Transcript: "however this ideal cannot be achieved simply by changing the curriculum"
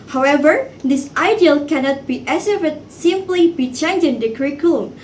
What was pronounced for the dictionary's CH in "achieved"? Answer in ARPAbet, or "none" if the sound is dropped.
S